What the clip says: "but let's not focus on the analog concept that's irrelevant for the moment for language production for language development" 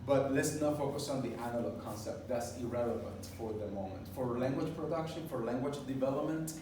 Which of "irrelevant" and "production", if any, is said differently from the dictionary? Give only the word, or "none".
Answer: none